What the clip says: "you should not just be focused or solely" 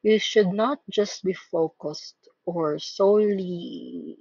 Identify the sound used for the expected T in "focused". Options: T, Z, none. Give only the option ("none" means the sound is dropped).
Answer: T